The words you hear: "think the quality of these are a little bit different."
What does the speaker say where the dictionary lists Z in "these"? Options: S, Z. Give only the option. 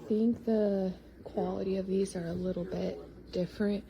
Z